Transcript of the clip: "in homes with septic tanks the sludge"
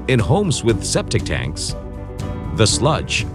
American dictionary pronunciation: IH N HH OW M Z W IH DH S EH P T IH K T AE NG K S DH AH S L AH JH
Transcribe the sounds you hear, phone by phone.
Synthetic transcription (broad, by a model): IH N HH OW M Z W IH DH S EH P T IH K T AE NG K S DH AH S L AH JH